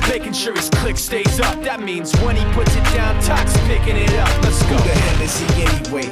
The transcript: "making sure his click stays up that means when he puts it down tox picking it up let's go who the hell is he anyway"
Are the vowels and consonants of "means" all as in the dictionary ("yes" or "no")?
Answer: yes